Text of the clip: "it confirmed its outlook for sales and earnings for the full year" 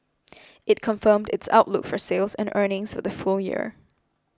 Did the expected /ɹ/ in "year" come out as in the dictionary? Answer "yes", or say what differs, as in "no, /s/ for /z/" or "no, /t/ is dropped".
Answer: yes